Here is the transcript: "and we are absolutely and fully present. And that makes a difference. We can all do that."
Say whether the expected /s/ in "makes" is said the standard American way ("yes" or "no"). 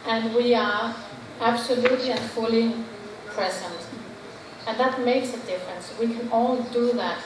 yes